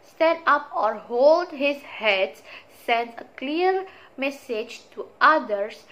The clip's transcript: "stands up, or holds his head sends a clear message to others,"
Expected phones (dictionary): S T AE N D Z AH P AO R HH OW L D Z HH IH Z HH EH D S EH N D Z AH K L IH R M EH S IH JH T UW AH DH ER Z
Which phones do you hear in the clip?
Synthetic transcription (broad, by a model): S T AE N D AH P AO R HH OW L D HH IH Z HH EH D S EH N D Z AH K L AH R M EH S IH JH T UW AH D ER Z